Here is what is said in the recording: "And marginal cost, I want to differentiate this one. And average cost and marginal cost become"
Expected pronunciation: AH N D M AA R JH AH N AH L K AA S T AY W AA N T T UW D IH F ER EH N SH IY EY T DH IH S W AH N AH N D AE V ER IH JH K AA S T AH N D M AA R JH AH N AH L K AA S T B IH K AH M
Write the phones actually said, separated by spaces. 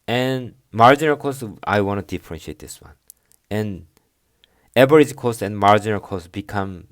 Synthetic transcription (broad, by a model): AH N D M AA R JH AH N AH L K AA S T AY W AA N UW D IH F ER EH N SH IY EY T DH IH S W AH N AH N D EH B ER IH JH K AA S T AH N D M AA R JH AH N AH L K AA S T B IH K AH M